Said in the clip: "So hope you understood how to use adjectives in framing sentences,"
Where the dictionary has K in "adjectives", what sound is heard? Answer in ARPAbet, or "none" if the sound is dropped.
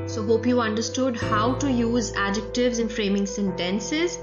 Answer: K